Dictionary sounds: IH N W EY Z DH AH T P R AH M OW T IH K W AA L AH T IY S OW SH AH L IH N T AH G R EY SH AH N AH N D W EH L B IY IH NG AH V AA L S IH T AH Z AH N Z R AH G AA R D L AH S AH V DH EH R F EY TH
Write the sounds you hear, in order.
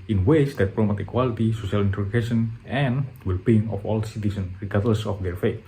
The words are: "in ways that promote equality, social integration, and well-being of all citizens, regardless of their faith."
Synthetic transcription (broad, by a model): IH N W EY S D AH T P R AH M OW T IH K W AA L AH T IY S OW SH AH L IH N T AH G EY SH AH N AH N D W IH L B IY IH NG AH F AA L S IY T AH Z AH N R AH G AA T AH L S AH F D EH R F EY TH